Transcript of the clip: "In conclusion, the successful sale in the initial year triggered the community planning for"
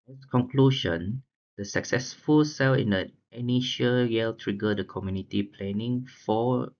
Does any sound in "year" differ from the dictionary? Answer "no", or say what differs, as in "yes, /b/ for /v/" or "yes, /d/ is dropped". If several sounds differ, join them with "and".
yes, /l/ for /ɹ/